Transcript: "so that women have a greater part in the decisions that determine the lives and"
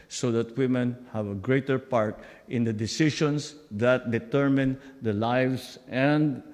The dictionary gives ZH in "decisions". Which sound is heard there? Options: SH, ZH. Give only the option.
SH